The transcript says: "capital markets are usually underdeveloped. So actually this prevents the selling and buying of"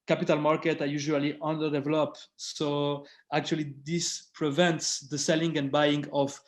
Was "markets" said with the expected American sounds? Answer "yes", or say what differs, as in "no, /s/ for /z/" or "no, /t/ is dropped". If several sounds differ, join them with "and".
no, /s/ is dropped